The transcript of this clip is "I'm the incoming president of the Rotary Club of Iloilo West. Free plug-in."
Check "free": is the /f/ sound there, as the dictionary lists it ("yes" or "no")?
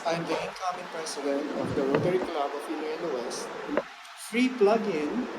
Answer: yes